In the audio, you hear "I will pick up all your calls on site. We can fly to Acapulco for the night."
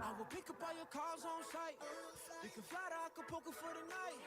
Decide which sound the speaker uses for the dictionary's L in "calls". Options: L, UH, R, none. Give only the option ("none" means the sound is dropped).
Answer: none